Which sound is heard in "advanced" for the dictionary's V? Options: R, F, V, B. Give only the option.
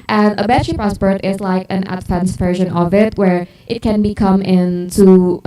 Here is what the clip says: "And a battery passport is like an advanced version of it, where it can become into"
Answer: F